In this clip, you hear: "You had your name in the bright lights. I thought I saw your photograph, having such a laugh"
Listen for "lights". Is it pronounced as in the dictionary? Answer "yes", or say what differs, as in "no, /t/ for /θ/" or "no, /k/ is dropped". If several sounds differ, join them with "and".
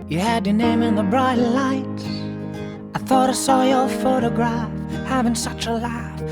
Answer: no, /s/ is dropped